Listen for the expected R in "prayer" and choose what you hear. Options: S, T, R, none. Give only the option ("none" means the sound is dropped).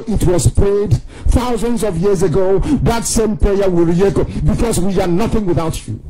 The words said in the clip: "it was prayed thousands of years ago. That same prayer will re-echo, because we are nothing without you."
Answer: none